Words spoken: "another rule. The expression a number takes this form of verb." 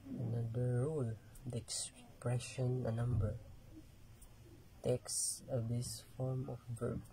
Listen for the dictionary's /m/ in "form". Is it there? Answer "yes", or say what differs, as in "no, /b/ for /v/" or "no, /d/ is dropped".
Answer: yes